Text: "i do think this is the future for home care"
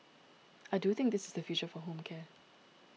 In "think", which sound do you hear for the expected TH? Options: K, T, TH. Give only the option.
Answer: TH